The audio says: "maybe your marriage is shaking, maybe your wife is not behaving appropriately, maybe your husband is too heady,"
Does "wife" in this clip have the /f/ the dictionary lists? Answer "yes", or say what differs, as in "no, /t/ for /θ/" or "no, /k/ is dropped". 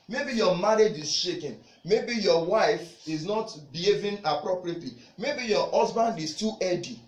yes